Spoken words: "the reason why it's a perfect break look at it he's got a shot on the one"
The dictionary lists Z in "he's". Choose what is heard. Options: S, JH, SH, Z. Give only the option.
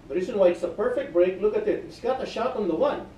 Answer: S